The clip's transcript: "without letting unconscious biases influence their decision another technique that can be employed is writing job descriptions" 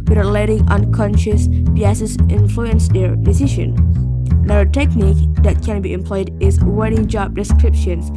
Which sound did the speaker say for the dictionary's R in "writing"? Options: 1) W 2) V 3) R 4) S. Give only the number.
1